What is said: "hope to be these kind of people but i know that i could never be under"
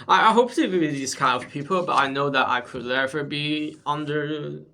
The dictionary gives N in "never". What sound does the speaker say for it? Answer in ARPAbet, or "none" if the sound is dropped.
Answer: L